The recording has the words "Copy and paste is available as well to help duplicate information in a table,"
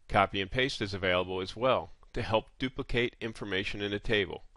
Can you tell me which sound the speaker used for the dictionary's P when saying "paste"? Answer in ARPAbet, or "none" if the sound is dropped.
P